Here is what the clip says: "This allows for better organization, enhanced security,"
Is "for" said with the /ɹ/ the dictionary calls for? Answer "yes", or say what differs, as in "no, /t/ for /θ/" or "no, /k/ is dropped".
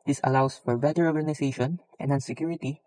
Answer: yes